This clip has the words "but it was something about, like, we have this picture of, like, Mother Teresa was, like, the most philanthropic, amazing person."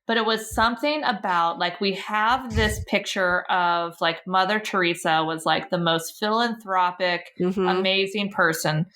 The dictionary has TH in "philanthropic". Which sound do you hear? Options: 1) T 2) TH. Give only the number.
2